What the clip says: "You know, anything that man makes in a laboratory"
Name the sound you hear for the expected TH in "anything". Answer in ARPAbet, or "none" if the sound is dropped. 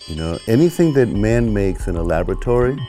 TH